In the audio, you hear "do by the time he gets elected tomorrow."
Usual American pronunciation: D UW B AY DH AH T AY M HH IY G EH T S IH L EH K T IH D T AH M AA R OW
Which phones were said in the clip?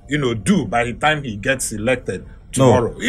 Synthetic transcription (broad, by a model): D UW B AY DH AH T AY M HH IY G EH T S IH L EH K T IH D T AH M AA R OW